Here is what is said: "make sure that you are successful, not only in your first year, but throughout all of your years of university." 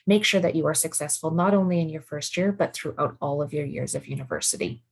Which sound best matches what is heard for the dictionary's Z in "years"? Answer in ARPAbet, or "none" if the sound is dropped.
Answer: Z